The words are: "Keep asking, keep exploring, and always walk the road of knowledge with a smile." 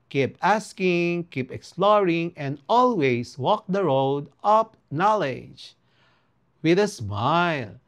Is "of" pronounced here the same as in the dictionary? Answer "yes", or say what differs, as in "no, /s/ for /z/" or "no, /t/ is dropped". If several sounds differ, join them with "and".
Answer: no, /p/ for /v/